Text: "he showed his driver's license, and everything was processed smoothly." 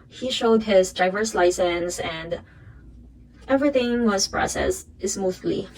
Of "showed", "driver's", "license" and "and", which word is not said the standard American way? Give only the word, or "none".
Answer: driver's